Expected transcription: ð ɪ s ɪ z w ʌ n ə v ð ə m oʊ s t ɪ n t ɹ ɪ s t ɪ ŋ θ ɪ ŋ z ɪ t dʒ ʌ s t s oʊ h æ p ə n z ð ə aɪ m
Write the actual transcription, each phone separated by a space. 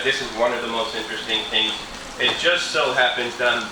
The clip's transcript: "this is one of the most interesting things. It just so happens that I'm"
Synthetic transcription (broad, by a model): ð ɪ s ɪ z w ʌ n ə v ð ə m oʊ s t ɪ n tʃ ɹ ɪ s t ɪ ŋ θ ɪ ŋ z ɪ t dʒ ʌ s t s oʊ h æ p ə n z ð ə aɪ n